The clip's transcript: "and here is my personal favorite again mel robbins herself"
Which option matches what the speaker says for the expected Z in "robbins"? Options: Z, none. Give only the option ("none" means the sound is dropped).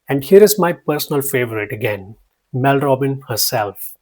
none